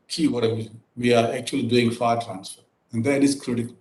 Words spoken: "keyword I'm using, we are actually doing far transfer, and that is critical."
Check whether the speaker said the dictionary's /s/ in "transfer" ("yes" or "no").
yes